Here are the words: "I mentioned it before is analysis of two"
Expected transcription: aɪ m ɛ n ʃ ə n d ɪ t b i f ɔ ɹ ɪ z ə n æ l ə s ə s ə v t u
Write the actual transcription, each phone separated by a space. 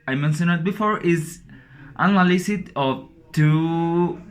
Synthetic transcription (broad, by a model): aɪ m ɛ n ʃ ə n ɪ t b i f ɔ ɹ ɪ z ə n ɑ l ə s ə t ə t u